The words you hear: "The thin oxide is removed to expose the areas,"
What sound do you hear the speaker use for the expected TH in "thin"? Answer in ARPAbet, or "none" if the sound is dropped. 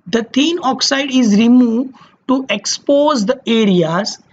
T